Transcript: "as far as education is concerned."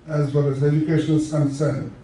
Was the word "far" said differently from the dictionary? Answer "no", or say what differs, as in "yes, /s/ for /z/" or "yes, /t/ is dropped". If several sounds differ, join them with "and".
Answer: yes, /l/ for /ɹ/